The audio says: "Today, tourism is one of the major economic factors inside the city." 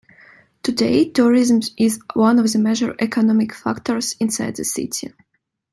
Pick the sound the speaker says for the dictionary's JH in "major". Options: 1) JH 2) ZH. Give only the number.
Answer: 2